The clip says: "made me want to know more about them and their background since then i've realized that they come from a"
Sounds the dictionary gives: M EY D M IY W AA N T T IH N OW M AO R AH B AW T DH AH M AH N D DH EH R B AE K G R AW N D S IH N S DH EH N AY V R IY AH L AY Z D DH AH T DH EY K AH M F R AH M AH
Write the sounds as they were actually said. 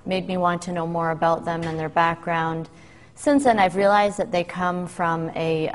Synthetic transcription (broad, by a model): M EY D M IY W AA N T T IH N OW M AO R AH B AW T DH AH M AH N DH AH R B AE K G R AW N D S IH N S DH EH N AY V R IY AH L AY Z DH AH T DH EY K AH M F R AH M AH